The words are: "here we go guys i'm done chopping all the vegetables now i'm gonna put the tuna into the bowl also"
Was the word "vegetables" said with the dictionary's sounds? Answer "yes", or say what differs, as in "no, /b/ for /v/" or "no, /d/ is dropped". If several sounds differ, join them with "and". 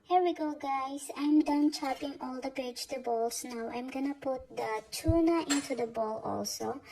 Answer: no, /p/ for /v/